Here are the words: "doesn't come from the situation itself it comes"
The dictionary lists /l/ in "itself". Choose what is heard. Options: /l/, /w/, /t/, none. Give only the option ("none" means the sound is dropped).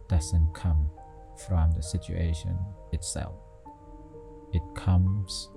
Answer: /l/